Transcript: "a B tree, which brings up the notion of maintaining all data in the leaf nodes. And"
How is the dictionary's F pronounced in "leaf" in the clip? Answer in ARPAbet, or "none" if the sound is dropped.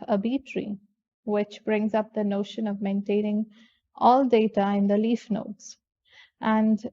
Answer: F